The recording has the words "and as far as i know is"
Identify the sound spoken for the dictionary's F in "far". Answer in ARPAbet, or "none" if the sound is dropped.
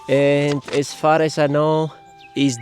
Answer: F